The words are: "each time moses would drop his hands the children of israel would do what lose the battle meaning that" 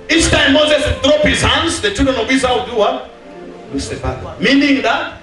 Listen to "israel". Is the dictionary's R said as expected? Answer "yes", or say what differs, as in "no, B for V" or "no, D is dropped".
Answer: no, R is dropped